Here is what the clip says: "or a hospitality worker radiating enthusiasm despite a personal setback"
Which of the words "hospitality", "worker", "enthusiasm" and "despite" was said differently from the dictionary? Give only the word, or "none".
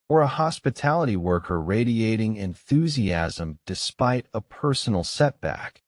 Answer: none